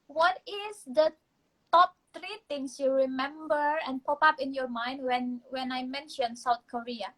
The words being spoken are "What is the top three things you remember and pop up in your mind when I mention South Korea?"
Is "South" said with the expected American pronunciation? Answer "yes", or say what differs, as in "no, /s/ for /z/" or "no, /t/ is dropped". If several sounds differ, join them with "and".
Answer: no, /t/ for /θ/